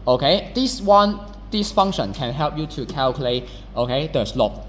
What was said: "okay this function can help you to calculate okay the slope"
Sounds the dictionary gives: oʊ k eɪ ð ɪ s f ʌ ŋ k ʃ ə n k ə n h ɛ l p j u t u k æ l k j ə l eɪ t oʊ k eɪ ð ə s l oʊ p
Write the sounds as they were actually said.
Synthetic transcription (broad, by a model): oʊ k eɪ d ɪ s f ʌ ŋ ʃ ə n k ə n h ɛ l p j u t u k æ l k j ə l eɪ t oʊ k eɪ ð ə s l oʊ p